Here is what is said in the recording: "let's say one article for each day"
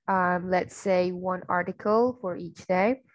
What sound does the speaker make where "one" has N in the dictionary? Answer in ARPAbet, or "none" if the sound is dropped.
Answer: N